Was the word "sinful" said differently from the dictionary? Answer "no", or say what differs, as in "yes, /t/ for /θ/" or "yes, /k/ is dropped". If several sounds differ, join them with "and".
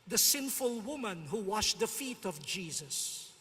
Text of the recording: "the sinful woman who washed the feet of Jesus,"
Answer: no